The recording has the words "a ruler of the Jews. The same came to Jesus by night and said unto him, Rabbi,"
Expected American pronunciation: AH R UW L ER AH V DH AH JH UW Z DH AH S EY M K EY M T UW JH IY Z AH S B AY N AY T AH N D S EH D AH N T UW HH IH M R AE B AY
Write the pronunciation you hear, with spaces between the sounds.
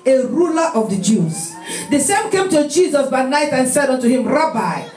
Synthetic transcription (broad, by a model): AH R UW L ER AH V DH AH JH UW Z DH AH S EY M K EY M T UW JH IY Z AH S B AY N AY T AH N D S EH D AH N T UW HH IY M R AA B AY